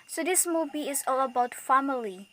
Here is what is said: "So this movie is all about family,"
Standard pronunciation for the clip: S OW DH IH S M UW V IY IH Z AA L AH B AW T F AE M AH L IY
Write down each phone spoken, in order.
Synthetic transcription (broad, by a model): S OW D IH S M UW B IY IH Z AA L AH B AW T F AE M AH L IY